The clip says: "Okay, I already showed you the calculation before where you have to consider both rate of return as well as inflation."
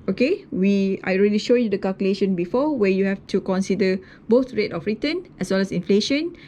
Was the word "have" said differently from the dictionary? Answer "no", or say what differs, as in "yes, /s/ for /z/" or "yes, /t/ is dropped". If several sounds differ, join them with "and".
yes, /f/ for /v/